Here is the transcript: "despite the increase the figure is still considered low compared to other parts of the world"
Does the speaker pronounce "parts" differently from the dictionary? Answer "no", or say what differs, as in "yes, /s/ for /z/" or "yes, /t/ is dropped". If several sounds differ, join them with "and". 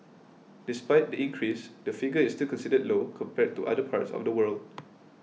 no